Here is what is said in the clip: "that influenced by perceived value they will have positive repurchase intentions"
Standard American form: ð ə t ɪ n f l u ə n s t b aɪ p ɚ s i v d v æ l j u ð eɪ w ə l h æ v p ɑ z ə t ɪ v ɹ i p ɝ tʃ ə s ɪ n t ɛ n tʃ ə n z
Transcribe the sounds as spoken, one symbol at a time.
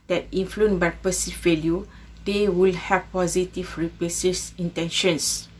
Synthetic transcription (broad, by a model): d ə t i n f l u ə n b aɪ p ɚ s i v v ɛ l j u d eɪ w ə l h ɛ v p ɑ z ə t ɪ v ɹ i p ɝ s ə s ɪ n t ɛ n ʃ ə n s